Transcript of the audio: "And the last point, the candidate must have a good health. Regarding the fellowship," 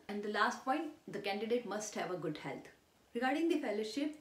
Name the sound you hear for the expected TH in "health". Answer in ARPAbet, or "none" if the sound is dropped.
T